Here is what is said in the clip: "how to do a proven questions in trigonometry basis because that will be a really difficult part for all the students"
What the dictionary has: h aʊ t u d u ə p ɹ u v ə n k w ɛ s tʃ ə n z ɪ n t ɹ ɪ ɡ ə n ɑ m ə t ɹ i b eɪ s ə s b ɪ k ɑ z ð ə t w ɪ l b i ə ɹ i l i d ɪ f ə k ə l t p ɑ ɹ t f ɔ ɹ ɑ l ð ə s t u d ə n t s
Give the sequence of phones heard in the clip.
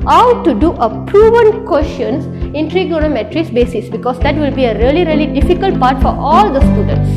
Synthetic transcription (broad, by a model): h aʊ t u d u ə p ɹ u v ə n k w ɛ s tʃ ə n s ɪ n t ɹ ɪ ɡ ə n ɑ m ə t ɹ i b eɪ s ə s b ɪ k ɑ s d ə t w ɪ l b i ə ɹ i l i d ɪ f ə k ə l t p ɑ ɹ t f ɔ ɹ ɑ l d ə s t u d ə n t s